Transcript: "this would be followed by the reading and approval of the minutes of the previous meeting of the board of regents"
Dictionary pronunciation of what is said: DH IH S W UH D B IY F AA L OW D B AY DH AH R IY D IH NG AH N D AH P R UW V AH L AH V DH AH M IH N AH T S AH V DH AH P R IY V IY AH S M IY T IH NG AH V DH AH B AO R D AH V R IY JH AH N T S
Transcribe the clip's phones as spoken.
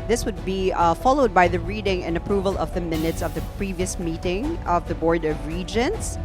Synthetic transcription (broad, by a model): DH IH S W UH D B IY F AA L OW D B AY DH AH R IY D IH NG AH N AH P R UW V AH L AH V DH AH M IH N AH T S AH V DH AH P R IY V IY AH S M IY T IH NG AH V DH AH B AO R D AH V R IY JH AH N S